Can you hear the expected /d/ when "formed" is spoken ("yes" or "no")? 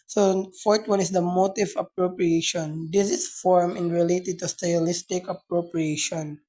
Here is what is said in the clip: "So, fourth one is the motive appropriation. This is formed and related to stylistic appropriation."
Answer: no